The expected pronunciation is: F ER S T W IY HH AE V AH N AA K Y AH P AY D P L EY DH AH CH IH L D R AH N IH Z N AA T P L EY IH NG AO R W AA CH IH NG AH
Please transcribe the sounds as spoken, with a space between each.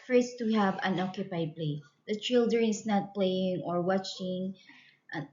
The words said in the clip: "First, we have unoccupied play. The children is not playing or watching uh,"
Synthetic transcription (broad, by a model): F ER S T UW HH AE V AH N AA K Y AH P AY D P L EY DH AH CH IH L D AH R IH S N AA T P L EY IH NG AO R W AA CH IH NG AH